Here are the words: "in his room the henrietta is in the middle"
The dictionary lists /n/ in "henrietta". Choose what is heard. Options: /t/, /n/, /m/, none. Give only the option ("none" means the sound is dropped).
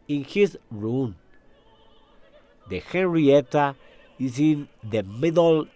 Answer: /n/